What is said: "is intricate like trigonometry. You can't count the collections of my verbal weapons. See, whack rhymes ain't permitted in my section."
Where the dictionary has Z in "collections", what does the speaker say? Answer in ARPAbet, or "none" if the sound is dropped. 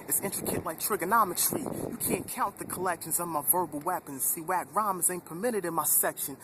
Z